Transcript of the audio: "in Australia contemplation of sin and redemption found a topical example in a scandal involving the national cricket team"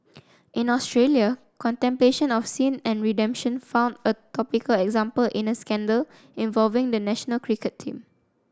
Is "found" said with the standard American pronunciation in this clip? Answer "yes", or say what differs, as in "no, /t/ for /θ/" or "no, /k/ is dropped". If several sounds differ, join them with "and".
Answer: yes